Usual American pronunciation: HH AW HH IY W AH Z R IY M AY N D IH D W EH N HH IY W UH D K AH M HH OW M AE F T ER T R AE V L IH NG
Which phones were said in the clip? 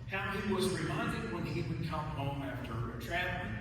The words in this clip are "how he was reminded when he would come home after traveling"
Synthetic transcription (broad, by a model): HH AW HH IY W AH Z R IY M AY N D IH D W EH N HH IY W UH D K AH M HH OW M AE F T ER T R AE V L